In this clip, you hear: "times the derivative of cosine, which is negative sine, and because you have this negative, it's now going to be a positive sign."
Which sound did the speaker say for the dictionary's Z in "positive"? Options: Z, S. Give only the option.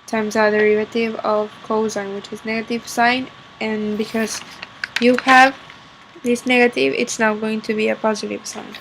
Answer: Z